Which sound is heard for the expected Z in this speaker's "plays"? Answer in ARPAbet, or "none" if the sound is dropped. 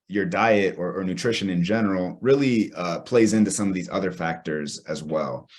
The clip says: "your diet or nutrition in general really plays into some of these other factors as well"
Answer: Z